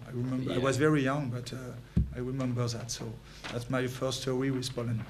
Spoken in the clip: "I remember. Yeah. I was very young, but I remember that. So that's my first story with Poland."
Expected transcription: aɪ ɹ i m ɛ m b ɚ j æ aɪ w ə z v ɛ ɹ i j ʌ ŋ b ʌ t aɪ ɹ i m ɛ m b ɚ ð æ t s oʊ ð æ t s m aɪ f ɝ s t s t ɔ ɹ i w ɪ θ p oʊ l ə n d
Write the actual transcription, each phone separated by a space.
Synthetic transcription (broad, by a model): aɪ ɹ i m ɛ m b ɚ aɪ w ə z v ɛ ɹ i j ʌ ŋ b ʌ t aɪ ɹ i m ɛ m b ɚ ð æ t s oʊ ð æ t s m aɪ f ɝ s s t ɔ w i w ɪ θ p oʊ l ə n